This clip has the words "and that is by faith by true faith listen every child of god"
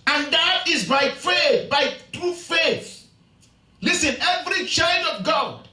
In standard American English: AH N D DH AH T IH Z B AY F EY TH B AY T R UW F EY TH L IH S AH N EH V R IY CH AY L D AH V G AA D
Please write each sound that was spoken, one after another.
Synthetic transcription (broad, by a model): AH N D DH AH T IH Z B AY F EY TH B AY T R UW F EY TH L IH S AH N EH V R IY CH AY L D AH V G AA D